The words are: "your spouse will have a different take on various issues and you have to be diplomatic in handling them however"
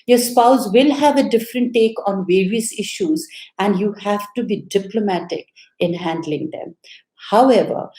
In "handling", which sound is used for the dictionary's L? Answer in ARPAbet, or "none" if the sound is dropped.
L